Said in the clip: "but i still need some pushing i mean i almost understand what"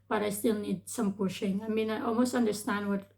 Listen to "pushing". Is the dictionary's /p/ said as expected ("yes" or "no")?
yes